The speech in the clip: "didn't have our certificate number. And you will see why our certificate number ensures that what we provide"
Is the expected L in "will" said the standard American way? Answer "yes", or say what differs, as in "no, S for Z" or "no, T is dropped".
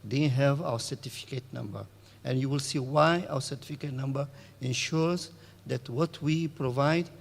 yes